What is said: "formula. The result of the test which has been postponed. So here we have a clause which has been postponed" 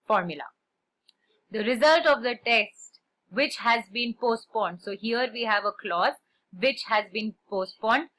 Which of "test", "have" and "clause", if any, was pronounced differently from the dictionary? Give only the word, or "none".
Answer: none